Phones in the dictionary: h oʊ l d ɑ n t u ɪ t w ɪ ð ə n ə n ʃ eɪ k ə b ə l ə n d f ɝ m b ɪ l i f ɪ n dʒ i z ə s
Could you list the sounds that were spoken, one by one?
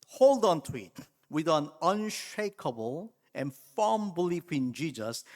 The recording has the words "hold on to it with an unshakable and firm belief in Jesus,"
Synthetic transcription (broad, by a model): h oʊ l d ɑ n t u ɪ t w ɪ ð ə n ə n ʃ eɪ k ə b ə l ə n f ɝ m b ɪ l i f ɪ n dʒ i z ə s